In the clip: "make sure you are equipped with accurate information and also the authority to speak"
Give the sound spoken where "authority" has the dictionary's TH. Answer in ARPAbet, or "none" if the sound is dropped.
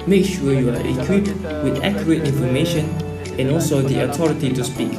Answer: T